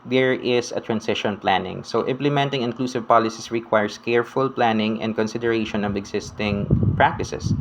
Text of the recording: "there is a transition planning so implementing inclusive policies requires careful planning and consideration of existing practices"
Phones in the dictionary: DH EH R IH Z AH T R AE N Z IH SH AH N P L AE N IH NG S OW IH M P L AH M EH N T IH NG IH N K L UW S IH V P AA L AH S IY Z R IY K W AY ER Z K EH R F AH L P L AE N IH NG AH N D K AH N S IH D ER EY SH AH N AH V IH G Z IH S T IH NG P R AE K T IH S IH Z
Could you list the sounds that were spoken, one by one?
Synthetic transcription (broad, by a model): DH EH R IH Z AH T R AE N S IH SH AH N P L AE N IH NG S OW IH M P L AH M EH N T IH NG IH N K L UW S IH V P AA L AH S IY S R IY K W AY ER S K EH R F AH L P L AE N IH NG AH N D K AH N S IH D ER EY SH AH N AH V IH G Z IH S T IH NG P R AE K T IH S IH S